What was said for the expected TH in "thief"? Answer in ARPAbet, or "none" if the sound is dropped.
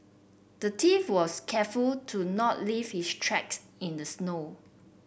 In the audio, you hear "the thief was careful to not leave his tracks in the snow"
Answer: T